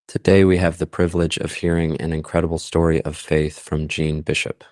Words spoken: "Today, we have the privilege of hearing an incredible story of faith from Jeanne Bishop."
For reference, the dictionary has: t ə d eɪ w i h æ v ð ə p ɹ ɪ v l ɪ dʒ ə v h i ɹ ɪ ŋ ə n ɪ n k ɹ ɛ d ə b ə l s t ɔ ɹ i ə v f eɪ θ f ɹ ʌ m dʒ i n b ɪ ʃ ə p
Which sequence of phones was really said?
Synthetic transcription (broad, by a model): t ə d eɪ w i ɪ v ð ə p ɹ ɪ v l ɪ dʒ ə v h i ɹ ɪ ŋ ə n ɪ n k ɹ ɛ d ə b l s t ɔ ɹ i ə v f eɪ θ f ɹ ʌ m dʒ i n b ɪ ʃ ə p